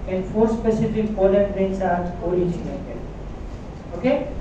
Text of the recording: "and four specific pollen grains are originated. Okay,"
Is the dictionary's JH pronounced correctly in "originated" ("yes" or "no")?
no